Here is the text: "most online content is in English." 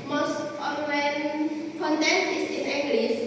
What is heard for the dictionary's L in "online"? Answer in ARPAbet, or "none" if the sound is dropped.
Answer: W